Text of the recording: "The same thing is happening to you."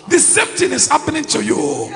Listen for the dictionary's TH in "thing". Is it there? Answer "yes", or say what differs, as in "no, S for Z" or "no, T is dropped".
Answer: no, T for TH